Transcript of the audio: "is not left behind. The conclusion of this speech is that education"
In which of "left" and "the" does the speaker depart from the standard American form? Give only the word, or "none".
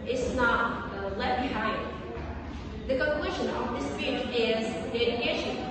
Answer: left